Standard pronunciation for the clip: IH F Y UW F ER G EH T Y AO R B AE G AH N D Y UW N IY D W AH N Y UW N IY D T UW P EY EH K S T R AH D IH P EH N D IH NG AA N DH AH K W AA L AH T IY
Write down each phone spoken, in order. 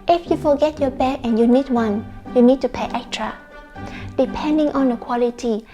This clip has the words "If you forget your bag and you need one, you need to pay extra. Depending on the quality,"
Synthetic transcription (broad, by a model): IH F Y UW F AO G EH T Y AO B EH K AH N Y UW N IY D W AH N Y UW N IY D T UW P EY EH K T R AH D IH P EH N D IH NG AA N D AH K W AA L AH T IY